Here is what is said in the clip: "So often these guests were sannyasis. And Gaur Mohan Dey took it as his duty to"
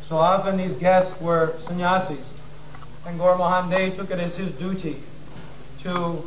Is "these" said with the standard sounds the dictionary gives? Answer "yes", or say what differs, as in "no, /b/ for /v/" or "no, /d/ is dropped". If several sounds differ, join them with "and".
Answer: yes